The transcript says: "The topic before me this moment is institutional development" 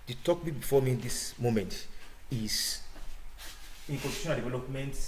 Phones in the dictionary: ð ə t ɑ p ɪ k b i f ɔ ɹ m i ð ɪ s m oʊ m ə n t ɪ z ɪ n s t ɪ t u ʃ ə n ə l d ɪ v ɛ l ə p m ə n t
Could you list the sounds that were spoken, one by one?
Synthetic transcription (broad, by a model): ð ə t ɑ b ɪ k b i f ɔ m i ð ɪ s m oʊ m ə n t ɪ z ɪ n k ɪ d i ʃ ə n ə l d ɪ v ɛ l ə p m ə n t